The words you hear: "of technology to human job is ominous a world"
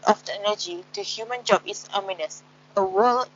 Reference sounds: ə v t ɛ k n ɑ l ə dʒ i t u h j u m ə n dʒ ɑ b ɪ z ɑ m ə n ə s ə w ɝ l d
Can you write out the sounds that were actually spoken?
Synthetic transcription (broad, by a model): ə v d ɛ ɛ n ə dʒ i t u h j u m ə n dʒ ɑ b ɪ s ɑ m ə n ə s ə w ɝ l